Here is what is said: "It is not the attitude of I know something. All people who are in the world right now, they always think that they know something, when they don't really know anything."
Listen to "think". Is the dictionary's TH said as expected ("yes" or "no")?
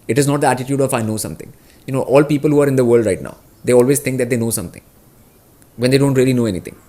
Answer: no